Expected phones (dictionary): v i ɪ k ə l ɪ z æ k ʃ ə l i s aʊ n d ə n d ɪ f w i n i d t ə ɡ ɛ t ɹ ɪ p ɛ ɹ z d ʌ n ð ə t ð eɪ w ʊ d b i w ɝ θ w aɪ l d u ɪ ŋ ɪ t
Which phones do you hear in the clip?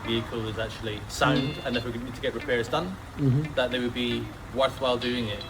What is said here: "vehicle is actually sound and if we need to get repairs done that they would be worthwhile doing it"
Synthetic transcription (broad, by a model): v i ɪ k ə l ɪ z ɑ k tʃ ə l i s aʊ n d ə n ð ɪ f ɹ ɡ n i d t ə ɡ ɛ t ɹ ɪ p ɛ ɹ z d ʌ n ð ə t ð eɪ w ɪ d b i w ɝ θ w aɪ l d u ɪ ŋ ɪ t